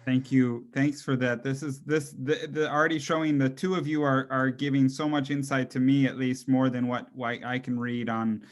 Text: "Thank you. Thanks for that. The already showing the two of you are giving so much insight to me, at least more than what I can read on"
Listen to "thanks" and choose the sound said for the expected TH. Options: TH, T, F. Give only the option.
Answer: TH